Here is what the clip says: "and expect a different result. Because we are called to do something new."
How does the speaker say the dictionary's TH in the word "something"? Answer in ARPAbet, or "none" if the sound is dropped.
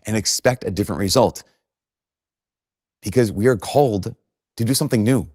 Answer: TH